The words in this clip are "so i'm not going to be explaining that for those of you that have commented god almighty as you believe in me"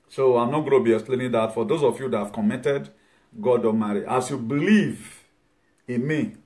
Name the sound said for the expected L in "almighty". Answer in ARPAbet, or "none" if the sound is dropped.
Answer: none